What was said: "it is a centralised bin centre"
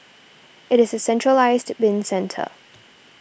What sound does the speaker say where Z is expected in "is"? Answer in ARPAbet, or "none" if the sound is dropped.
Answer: Z